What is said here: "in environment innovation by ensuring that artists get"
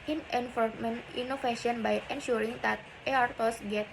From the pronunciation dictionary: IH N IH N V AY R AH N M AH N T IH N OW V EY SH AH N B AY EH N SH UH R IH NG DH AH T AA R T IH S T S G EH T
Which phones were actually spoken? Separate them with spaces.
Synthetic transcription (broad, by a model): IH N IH N F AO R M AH N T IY N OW F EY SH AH N B AY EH N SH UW R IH NG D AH T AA R T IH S S G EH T